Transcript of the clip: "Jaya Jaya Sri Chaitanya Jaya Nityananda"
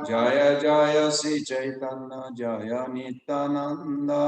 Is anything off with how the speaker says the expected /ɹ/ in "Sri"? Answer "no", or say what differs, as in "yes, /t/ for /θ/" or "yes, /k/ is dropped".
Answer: yes, /ɹ/ is dropped